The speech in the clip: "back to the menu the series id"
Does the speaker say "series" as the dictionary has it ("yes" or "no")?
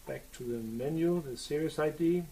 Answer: no